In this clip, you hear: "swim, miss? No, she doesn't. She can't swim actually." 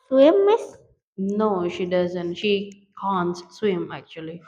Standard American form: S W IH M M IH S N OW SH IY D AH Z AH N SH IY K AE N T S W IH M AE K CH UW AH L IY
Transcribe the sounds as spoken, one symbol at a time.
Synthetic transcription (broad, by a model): S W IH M M IH S N OW SH IY D AH Z AH N SH IY K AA N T S W IH M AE K CH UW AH L IY